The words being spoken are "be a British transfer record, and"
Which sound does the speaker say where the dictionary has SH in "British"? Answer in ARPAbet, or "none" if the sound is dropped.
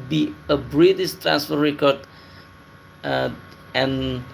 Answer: S